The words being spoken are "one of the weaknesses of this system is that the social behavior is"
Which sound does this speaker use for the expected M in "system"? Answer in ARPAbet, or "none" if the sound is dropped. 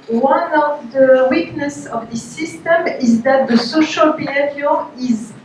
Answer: M